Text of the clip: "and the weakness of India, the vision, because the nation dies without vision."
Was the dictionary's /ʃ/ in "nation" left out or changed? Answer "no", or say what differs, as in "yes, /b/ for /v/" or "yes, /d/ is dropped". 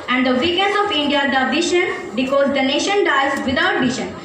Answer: no